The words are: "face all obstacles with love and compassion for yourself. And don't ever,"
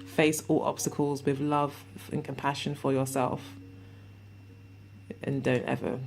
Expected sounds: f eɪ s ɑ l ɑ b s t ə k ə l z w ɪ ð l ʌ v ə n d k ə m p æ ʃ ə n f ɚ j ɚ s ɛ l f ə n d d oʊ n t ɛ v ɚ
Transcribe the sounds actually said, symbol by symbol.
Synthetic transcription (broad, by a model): f eɪ s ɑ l ɑ b s t ə k ə l z w ɪ ð l ʌ v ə n k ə m p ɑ ʃ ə n f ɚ j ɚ s ɛ l f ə n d d oʊ n t ɛ v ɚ